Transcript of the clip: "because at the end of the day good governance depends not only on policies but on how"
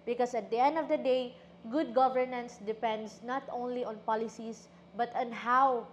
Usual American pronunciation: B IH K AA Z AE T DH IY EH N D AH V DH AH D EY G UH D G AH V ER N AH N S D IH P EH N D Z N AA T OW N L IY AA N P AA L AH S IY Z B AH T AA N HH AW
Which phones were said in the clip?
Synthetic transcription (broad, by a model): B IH K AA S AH T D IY EH N D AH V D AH D EY G UH D G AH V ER N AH N S D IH P EH N D S N AA T OW N L IY AA N P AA L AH S IY S B AH T AA N HH AW